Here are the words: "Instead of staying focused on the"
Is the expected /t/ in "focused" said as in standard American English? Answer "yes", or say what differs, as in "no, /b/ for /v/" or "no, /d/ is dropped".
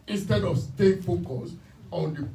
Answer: no, /t/ is dropped